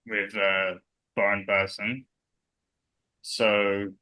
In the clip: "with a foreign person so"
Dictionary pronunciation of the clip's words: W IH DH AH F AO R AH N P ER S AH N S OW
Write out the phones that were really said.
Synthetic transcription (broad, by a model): W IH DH AH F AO R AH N B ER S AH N S OW